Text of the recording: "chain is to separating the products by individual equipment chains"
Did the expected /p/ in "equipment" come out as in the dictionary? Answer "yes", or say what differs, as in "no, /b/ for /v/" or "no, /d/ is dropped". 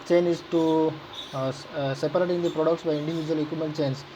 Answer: no, /p/ is dropped